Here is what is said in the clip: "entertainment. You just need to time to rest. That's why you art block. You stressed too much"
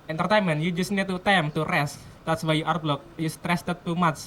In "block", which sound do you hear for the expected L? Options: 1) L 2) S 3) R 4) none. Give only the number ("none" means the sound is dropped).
1